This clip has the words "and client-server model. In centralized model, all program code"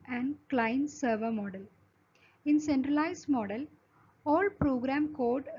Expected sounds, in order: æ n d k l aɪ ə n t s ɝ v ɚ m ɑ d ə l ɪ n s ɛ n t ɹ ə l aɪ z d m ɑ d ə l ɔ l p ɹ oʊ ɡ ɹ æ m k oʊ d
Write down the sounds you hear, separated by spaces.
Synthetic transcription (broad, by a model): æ n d k l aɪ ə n s ɝ v ɚ m ɑ d ə l ɪ n s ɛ n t ɹ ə l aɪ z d m ɑ d ə l ɔ l p ɹ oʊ ɡ ɹ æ m k oʊ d